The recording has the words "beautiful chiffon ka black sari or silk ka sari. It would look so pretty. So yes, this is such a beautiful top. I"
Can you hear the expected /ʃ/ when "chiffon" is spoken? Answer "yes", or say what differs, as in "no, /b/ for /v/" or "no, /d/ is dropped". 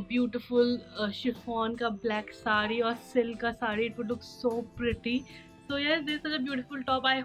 yes